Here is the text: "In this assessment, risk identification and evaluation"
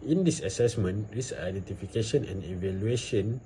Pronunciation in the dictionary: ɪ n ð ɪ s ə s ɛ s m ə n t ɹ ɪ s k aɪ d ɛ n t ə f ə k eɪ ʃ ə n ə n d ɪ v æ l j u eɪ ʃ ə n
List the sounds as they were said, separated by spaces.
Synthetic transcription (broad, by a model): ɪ n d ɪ s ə s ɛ s m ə n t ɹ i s aɪ d ɛ n t ə f ə k eɪ ʃ ə n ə n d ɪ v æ l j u eɪ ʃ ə n